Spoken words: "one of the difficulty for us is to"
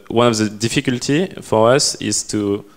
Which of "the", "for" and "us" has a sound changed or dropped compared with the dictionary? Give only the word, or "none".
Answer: none